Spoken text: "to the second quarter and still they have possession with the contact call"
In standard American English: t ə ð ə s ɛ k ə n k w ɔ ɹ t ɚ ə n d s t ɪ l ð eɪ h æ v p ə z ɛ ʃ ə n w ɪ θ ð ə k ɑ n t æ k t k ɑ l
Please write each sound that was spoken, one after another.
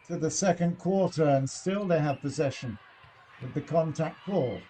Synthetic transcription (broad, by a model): t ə ð ə s ɛ k ə n k w ɔ ɹ t ɚ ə n s t ɪ l ð eɪ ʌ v p ə z ɛ ʃ ə n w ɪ ð ə k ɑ n t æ k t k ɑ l